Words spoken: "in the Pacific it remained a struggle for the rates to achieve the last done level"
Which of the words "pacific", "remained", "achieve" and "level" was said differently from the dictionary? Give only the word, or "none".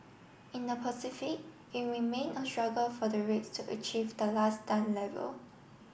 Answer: remained